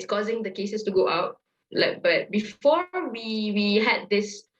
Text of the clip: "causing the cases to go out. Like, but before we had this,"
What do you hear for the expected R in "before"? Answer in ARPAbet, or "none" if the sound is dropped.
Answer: W